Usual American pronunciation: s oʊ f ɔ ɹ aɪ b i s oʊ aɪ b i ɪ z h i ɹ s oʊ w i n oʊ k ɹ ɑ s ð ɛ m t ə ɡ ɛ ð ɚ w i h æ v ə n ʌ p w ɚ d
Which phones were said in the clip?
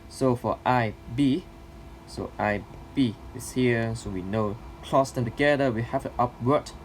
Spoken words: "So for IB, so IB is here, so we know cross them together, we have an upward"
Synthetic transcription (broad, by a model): s oʊ f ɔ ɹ aɪ b i s oʊ aɪ b i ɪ s h i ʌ s oʊ w i n oʊ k l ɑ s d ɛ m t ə ɡ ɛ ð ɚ w i h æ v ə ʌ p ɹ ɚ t